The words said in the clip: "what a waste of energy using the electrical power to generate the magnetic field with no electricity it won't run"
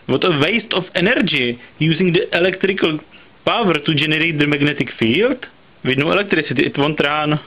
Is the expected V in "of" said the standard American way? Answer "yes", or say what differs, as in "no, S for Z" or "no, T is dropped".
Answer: no, F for V